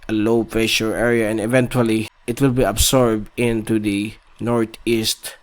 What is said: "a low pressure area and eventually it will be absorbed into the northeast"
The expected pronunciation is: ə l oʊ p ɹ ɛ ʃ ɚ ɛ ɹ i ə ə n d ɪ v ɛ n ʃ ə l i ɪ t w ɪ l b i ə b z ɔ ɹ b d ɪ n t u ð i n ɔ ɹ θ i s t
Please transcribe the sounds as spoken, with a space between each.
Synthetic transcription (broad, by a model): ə l oʊ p ɛ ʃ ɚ ɛ ɹ i ə ə n d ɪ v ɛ n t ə l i ɪ t w ɪ l b i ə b s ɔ ɹ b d ɪ n t u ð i n ɔ ɹ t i s t